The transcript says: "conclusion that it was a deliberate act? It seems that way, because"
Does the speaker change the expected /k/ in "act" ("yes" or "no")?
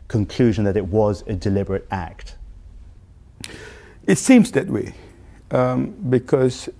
no